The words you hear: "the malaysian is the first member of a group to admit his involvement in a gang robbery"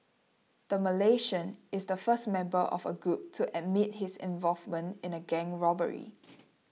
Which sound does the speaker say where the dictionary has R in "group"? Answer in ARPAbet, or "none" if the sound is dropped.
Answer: R